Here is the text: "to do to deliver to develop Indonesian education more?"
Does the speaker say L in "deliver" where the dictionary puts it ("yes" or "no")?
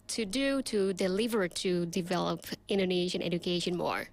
yes